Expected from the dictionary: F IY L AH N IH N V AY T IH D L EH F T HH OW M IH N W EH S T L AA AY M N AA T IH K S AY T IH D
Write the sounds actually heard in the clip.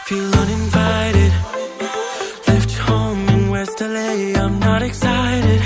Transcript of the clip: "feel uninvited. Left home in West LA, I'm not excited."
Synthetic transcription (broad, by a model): F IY L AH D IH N V AY T IH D L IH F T HH OW IH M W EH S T L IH AY M N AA T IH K S AY T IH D